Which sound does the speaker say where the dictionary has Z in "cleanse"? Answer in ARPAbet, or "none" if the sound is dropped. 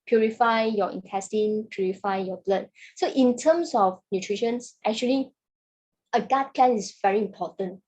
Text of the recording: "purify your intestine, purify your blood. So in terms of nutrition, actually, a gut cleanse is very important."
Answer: none